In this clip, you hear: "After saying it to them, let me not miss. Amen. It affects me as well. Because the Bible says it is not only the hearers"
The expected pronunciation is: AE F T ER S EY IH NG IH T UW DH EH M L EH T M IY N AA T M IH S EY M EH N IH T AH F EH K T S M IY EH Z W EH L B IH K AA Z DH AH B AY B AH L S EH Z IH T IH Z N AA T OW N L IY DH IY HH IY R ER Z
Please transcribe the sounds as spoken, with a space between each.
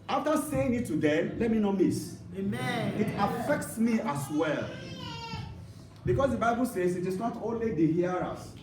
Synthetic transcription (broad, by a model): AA F T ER S EY IH NG IH T UW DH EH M L EH T M IY N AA M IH S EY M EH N IH T AH F EH K T S M IY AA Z W EH L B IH K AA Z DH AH B AY B AH L S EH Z IH T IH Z N AA T OW N L IY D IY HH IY R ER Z